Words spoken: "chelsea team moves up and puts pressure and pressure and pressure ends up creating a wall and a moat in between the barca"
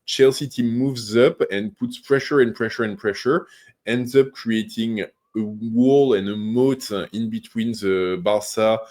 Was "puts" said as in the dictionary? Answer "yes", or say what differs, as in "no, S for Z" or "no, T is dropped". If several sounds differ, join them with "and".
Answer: yes